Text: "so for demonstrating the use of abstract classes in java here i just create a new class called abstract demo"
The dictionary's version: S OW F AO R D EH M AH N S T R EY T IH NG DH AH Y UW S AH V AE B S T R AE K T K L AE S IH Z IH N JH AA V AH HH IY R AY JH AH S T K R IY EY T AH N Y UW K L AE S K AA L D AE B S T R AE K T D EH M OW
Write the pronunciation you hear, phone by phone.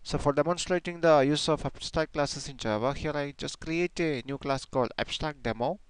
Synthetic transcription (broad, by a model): S OW F AO R D EH M AH N S T R EY T IH NG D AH Y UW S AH F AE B S T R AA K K L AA S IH S IH N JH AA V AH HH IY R AY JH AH S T K R IY EY T AH N Y UW K L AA S K AA L D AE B S T R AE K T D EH M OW